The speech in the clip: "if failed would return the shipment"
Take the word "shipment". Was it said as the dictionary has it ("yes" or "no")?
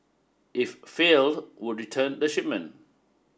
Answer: no